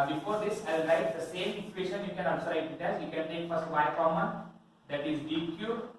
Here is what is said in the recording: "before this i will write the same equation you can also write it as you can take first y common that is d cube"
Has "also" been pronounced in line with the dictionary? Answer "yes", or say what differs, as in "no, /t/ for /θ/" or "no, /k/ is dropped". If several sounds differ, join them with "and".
no, /l/ is dropped